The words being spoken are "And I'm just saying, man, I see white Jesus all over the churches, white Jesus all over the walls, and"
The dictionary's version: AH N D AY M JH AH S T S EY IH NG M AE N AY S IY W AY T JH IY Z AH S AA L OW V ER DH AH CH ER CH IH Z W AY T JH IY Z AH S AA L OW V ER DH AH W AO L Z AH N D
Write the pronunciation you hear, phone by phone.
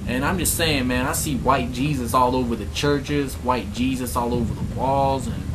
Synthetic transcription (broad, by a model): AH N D AY M JH AH S T S EY IH NG M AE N AY S IY W AY T JH IY Z AH S AA L OW V ER DH AH CH ER CH IH Z W AY T JH IY Z AH S AA L OW V ER DH AH W AO L Z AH N